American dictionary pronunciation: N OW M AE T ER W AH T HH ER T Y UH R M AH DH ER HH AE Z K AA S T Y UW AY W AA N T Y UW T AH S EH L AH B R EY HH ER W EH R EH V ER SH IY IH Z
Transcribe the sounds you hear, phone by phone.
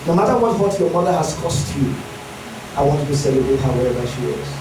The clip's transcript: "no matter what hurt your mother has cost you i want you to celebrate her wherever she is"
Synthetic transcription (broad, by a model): N OW M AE T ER W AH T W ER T Y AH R M AH DH ER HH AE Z K AA S T Y UW AY W AA N T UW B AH S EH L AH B EY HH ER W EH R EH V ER SH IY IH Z